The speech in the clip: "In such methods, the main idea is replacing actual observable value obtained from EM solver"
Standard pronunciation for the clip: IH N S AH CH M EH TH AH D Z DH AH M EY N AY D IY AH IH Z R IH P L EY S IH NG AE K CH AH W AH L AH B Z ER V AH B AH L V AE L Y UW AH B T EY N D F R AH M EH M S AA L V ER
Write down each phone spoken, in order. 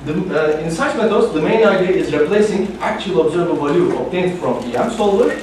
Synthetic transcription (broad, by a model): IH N S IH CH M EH T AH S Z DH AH M EY N AY D IY AH IH Z R IH P L EY S IH NG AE K CH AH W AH L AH B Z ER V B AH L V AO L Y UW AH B T EY N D F R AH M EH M S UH L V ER